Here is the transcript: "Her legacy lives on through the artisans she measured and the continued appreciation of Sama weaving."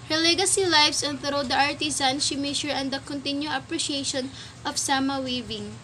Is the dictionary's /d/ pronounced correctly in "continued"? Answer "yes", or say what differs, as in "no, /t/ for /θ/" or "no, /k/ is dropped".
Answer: no, /d/ is dropped